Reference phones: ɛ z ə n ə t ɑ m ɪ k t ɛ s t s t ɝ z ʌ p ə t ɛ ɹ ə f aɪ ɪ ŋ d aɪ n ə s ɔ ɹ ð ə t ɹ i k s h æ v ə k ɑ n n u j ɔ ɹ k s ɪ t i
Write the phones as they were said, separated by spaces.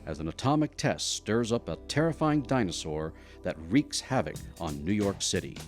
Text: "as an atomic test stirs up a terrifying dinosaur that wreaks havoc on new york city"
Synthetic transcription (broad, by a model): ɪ z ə n ə t ɑ m ɪ k t ɛ s t s t ɝ z ʌ p ə t ɛ ɹ ə f aɪ ɪ ŋ d aɪ n ə s ɔ ɹ ð ə t ɹ i k s h æ v ə k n n u j ɔ ɹ k s ɪ t i